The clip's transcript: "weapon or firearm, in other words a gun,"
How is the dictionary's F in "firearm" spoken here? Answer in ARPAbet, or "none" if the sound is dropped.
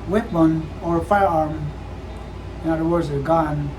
F